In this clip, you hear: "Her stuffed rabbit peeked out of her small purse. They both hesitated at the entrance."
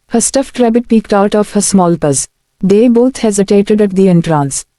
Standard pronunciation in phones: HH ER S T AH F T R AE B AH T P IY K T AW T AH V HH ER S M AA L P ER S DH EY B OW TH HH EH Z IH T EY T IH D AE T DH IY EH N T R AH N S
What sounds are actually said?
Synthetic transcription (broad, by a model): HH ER S T AH F T R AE B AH T P IY K T AW T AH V HH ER S M AA L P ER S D EY B OW T HH EH Z IH T EY T IH D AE T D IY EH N T R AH N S